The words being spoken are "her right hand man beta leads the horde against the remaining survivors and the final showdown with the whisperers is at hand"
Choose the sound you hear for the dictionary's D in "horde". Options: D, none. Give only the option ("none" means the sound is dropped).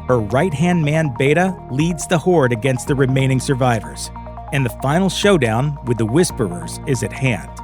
D